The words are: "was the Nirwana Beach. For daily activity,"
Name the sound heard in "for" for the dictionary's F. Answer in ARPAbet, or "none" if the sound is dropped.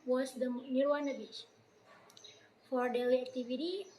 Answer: F